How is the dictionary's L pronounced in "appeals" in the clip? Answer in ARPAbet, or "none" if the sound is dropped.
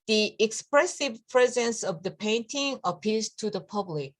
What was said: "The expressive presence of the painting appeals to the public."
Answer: none